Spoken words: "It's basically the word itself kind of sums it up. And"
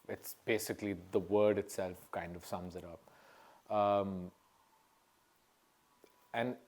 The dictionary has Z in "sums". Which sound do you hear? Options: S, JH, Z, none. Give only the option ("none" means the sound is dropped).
Z